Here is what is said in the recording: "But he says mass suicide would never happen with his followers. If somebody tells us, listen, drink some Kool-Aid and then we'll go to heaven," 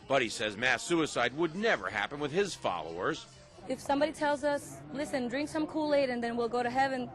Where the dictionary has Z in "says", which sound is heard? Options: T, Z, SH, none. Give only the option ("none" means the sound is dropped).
Z